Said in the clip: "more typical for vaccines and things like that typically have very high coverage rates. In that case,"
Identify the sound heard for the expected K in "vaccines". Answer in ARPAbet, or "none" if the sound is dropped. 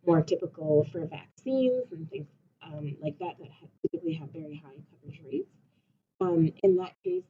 K